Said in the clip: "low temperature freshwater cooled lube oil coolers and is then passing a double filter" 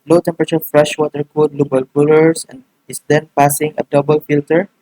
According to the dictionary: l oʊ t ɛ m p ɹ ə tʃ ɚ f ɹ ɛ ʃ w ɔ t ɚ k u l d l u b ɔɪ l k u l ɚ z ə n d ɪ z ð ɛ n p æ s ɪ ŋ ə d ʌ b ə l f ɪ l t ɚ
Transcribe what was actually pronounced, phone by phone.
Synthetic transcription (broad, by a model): l oʊ t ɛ m p ɹ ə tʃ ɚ f ɹ ɛ ʃ w ɔ t ɚ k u d l u b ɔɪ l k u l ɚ s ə n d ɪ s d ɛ n p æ s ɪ ŋ ə d ʌ b ə l f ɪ l t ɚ